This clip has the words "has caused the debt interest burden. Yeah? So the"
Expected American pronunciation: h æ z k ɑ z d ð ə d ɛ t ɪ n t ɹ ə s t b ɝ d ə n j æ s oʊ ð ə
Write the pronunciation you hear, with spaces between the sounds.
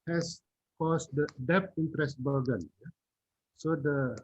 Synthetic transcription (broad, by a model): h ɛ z k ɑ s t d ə d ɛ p ɪ n t ɹ ə s t b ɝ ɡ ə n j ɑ s oʊ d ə